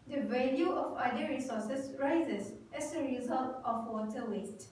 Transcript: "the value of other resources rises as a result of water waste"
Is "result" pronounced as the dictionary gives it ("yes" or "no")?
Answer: yes